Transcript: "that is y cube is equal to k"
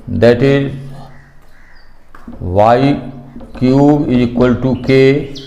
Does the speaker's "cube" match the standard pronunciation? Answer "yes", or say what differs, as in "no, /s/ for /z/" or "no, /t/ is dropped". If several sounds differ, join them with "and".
no, /b/ is dropped